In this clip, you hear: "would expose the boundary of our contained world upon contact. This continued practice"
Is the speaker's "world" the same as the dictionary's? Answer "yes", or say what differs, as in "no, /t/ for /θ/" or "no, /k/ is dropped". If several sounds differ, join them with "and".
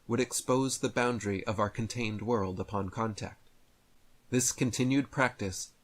yes